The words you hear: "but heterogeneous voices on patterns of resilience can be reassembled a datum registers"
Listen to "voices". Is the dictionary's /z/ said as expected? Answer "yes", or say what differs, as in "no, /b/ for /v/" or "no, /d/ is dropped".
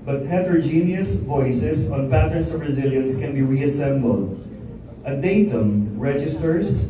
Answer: no, /s/ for /z/